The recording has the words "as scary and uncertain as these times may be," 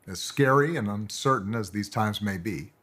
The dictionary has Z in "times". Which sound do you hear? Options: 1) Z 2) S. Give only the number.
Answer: 1